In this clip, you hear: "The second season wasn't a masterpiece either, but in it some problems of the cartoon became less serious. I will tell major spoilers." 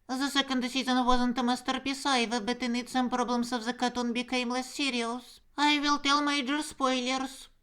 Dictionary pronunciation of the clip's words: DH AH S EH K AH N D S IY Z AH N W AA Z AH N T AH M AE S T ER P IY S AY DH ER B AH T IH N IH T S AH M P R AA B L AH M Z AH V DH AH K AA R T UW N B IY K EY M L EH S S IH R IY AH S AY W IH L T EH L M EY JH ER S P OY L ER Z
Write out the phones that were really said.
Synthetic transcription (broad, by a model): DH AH S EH K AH N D S IY Z AH N W AA Z AH N T AH M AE S T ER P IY S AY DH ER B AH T IH N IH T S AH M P R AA B L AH M S AH V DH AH K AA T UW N B IY K EY M L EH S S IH R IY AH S AY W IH L T EH L M EY JH ER S P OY L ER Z